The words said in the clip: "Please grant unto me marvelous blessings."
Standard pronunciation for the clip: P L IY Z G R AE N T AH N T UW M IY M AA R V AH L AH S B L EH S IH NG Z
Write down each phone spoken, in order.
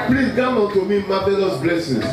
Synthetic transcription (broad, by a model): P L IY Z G AA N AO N T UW M IY M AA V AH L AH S B L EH S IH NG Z